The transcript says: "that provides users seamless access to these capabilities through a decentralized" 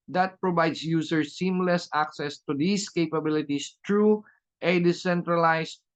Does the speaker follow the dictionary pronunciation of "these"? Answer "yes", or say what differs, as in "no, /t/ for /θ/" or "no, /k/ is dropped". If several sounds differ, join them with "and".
no, /s/ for /z/